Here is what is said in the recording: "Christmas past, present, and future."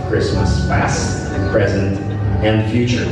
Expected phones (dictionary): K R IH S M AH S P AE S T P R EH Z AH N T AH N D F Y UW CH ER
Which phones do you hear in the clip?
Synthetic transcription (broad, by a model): K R IH S M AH S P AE S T P R EH Z AH N T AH N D F Y UW CH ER